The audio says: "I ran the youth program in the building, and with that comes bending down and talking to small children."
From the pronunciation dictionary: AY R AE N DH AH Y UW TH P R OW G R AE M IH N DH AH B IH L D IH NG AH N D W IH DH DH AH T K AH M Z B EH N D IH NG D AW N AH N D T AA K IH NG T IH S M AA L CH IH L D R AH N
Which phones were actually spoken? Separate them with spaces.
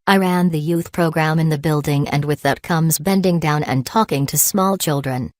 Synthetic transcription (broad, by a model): AY R AE N DH AH Y UW TH P R OW G R AE M IH N DH AH B IH L D IH NG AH N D W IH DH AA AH T K AH M Z B EH N D IH NG D AW N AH N T AA K IH NG T IH S M AA L CH IH L D R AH N